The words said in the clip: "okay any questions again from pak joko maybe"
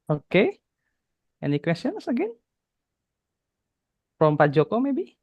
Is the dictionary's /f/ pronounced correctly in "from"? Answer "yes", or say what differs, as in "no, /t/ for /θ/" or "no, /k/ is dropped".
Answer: no, /p/ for /f/